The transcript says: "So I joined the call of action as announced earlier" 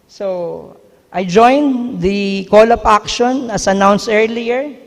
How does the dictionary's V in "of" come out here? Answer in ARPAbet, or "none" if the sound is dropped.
P